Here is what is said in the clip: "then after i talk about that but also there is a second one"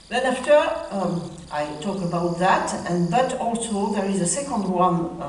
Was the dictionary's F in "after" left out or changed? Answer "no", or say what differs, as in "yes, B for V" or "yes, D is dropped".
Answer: no